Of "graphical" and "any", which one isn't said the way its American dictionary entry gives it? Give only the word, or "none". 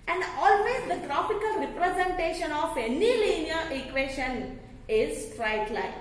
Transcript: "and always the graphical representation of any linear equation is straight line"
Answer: graphical